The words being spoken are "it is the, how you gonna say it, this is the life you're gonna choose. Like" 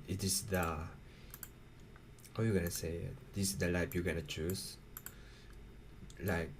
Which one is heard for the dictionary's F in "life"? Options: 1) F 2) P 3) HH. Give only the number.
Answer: 2